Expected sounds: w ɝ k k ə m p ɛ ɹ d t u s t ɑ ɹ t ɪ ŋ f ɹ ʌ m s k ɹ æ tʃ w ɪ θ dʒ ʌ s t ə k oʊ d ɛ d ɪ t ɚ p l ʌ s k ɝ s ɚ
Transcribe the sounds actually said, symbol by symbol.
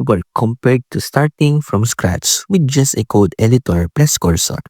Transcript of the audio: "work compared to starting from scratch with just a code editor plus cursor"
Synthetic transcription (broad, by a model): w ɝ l k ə m p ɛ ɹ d t u s t ɑ ɹ t ɪ ŋ f ɹ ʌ m s k ɹ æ s w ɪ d dʒ ʌ s t ə k oʊ d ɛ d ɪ t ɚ p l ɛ s k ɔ s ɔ